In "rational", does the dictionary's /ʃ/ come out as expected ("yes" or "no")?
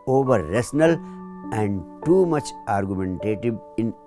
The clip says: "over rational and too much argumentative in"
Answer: no